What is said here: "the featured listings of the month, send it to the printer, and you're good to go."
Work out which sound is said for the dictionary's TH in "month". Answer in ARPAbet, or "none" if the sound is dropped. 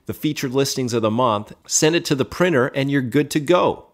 TH